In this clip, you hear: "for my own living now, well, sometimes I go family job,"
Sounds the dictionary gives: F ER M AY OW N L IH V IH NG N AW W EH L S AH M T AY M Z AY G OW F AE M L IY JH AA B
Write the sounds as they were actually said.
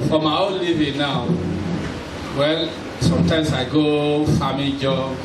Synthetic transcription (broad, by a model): F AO M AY OW N L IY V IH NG N AW W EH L S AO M T AY M S AY G OW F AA M IY JH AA